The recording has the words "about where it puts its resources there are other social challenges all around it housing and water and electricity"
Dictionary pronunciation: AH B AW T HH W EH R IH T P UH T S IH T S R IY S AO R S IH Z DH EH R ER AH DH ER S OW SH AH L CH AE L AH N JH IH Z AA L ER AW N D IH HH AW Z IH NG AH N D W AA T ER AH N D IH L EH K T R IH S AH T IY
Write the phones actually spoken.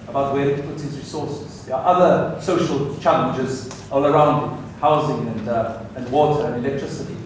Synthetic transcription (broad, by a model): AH B AW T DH W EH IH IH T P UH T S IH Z R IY S AO R S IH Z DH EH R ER AH DH ER S OW SH AH L CH AE L AH N JH IH Z AA L ER AW N D IH HH AW Z IH NG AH N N W AA T ER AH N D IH L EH K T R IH S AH T IY